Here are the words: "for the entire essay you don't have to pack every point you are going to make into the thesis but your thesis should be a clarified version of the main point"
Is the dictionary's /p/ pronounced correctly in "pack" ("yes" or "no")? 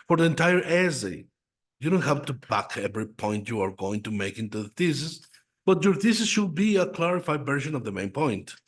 no